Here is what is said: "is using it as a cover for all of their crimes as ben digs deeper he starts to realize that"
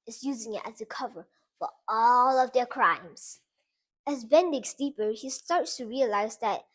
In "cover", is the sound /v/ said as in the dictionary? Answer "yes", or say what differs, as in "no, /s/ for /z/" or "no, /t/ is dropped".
yes